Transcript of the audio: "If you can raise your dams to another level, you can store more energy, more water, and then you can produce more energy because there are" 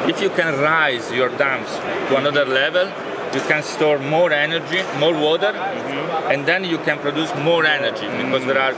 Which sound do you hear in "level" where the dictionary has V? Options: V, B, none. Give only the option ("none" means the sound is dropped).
V